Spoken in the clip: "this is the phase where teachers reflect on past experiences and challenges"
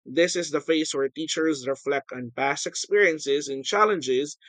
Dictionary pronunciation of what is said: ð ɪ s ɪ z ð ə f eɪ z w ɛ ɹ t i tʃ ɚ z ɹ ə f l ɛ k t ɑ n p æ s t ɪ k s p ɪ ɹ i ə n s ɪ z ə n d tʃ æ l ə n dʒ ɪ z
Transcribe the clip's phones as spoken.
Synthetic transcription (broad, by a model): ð ɪ s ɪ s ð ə f eɪ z w ɛ ɹ t i tʃ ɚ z ɹ ə f l ɛ k t ɑ n p æ s t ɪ k s p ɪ ɹ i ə n s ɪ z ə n tʃ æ l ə n dʒ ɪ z